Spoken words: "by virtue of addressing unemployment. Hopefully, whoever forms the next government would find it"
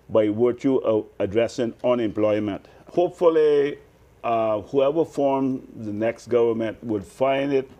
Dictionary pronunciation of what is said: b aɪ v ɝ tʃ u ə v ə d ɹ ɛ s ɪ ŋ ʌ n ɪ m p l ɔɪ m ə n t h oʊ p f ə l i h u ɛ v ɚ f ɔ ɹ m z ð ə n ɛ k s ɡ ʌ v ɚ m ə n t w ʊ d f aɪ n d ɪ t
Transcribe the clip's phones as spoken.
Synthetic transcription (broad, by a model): b aɪ w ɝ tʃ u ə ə d ɹ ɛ s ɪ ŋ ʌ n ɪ m p l ɔɪ m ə n t h oʊ p f ə l i h u ɛ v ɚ f ɔ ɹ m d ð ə n ɛ k s ɡ ʌ v ɚ m ə n t w ʊ d f aɪ n d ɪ t